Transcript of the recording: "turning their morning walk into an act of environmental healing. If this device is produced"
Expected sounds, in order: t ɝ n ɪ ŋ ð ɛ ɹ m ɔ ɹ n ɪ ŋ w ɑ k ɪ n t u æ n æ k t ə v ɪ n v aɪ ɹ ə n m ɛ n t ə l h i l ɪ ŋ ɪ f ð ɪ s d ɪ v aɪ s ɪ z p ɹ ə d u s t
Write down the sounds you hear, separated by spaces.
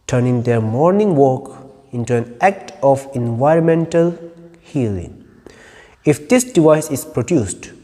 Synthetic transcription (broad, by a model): t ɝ n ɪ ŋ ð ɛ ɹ m ɔ ɹ n ɪ ŋ w ɑ k ɪ n t u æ n æ k t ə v ɪ n v aɪ ɹ ə n m ɛ n t ə l h i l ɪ ŋ ɪ f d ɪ s d ɪ v aɪ s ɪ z p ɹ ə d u s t